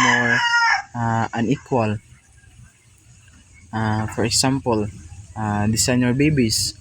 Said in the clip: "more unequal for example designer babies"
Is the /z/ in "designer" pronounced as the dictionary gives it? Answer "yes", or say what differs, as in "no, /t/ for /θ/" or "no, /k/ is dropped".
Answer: no, /s/ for /z/